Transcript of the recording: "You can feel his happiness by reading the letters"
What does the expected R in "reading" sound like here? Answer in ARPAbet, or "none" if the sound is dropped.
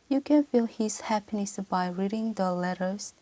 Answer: R